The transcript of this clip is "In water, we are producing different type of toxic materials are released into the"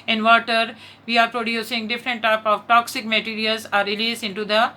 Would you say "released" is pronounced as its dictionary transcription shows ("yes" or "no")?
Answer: no